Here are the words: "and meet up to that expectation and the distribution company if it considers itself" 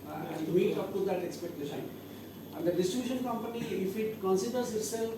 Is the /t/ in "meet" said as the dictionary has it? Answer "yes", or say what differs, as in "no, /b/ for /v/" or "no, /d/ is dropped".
no, /t/ is dropped